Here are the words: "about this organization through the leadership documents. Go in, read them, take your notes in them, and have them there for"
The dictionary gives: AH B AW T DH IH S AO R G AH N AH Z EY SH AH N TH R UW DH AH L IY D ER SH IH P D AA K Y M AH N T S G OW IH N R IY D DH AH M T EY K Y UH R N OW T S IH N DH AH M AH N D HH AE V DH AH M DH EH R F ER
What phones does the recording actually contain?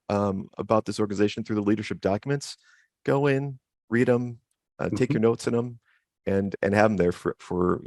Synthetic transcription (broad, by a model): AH B AW T DH IH S AO R G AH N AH Z EY SH N TH R UW DH AH L IY D ER SH IH P D AA K Y M AH N T S G OW IH N R IY D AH M T EY K Y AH R N OW T S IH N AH M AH N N HH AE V DH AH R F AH R F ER